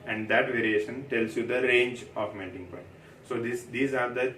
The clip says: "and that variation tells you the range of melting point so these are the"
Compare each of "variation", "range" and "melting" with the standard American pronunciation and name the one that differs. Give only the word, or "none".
melting